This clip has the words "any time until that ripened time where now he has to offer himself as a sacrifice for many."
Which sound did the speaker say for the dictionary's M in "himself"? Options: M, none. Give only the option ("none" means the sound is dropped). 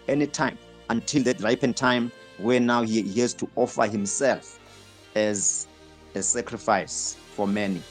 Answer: M